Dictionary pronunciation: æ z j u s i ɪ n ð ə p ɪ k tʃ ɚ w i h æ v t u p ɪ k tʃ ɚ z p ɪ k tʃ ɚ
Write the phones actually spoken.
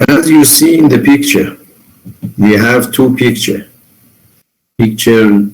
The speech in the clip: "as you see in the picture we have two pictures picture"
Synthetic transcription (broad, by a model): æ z j u s i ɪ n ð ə p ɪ k tʃ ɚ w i h æ v t u p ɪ k tʃ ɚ p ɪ k tʃ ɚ